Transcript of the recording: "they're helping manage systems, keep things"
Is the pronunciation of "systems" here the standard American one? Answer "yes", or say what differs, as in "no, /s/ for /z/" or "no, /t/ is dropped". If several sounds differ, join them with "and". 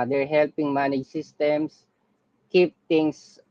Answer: no, /s/ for /z/